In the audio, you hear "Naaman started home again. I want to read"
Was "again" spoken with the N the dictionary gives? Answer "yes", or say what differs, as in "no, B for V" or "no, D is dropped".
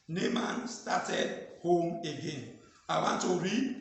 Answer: yes